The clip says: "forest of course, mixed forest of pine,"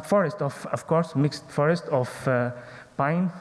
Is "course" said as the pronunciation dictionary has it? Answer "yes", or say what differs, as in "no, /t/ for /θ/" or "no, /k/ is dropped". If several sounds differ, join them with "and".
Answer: yes